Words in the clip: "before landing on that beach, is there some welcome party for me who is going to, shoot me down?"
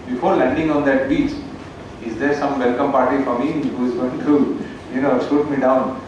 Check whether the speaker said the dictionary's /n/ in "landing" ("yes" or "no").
yes